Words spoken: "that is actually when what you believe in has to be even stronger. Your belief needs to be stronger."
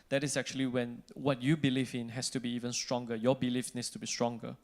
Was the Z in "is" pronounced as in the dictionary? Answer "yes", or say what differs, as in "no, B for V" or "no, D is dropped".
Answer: no, S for Z